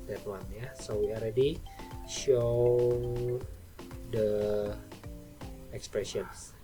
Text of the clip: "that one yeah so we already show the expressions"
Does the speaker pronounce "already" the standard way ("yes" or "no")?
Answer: no